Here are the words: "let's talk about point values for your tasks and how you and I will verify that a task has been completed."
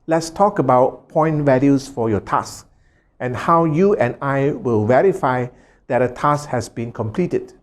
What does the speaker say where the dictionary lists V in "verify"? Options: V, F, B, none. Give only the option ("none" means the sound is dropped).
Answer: V